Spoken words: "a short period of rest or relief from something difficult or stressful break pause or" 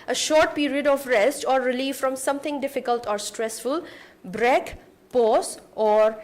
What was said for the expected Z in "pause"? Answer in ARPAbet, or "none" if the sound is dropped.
S